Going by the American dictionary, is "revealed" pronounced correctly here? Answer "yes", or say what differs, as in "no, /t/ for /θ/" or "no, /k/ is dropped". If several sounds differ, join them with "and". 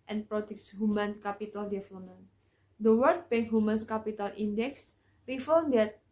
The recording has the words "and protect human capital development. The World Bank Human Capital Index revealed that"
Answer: no, /f/ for /v/